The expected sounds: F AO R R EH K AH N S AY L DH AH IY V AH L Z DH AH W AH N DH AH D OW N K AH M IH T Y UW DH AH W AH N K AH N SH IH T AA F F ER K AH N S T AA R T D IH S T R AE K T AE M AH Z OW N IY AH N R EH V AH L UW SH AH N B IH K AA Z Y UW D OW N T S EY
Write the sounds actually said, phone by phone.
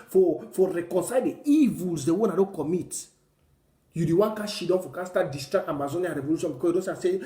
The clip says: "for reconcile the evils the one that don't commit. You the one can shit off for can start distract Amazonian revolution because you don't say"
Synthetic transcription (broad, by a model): F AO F R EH K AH N S AY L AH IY V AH L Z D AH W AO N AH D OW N K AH M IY T Y UW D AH W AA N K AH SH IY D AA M F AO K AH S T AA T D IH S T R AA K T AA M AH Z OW N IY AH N R EH V AH L UW SH AH N B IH K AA Y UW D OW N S S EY